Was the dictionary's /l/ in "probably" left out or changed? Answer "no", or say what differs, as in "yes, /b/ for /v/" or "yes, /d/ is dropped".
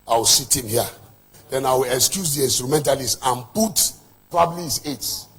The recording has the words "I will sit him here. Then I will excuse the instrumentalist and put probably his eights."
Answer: no